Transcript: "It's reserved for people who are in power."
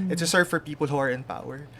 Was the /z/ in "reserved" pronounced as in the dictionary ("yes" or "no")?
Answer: no